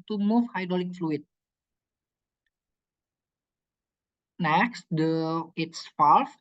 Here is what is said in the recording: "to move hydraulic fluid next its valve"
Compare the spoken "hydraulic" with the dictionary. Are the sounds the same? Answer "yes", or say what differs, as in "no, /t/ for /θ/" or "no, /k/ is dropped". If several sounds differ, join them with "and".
no, /ɹ/ is dropped